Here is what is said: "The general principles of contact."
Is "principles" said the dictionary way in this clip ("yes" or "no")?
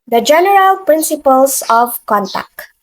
no